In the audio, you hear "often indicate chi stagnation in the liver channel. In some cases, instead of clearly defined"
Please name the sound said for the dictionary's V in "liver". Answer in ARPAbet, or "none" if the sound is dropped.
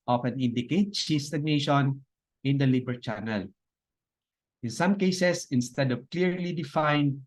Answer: B